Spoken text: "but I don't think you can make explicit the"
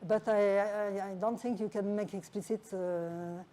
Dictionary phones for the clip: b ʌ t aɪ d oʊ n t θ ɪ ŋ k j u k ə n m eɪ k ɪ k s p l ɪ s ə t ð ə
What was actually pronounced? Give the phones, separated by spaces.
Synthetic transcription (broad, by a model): b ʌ t aɪ d oʊ n t θ ɪ ŋ k j u k ə n m eɪ k ɪ k s p l ɪ s ə t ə